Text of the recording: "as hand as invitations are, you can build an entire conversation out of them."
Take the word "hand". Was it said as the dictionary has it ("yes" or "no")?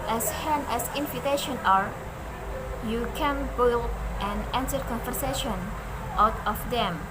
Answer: no